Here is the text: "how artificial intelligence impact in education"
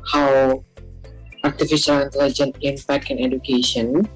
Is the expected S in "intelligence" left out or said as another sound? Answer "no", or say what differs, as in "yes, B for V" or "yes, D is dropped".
yes, S is dropped